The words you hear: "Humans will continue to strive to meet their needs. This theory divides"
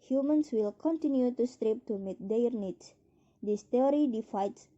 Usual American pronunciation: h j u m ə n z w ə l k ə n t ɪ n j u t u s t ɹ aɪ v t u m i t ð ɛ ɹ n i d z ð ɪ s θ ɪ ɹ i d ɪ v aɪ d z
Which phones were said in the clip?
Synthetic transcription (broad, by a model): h j u m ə n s w ə l k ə n t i n j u t u s t ɹ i p t u m i t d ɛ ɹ n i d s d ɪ s t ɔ ɹ i d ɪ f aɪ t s